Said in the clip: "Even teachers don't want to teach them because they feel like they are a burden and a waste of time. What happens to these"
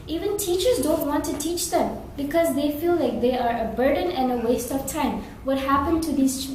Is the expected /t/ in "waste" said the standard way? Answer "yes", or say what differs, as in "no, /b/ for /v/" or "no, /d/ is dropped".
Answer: yes